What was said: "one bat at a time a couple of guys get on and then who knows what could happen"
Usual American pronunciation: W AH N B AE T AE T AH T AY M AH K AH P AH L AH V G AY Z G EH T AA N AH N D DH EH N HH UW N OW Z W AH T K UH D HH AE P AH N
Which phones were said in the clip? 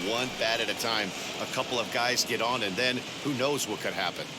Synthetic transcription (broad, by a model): W AH N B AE T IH T AH T AY M AH K AH P L AH V G AY Z G EH T N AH N DH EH N HH UW N OW Z W AH T K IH D HH AE P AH N